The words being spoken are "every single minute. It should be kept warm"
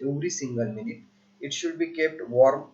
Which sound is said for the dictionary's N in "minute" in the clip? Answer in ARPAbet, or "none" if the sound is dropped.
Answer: N